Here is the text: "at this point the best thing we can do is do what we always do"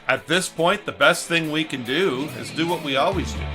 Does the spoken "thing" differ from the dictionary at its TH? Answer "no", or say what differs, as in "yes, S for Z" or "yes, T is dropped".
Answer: no